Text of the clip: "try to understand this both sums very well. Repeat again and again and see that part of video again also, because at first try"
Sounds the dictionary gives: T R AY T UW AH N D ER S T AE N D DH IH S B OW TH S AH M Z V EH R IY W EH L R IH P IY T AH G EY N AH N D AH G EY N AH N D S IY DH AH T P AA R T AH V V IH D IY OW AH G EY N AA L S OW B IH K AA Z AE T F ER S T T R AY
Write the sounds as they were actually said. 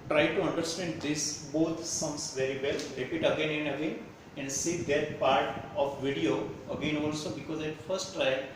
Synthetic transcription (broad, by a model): T R AY T UW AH N D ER S T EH N D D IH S B OW T S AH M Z V EH R IY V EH L R IH P IY T AH G EY N AH N D AH G EY N AH N D S IY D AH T P AA R T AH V V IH D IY OW AH G EY N AA L S OW B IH K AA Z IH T F ER S T T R AY